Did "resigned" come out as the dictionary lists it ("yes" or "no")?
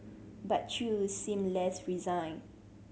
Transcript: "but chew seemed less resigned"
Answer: no